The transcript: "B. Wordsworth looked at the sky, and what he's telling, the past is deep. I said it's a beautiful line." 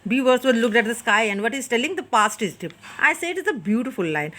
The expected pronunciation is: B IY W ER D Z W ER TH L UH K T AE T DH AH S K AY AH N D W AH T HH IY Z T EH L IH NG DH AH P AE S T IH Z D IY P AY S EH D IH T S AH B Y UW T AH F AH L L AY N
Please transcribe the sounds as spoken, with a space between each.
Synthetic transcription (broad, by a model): B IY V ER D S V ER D L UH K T AE T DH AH S K AY AH N D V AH T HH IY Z T EH L IH NG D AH P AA S T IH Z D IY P AY S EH IH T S AH B Y UW T AH F AH L L AY N